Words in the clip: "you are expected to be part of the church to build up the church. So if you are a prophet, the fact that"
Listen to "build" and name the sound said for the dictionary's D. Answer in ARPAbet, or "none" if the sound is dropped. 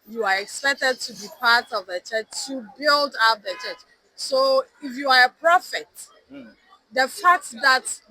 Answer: D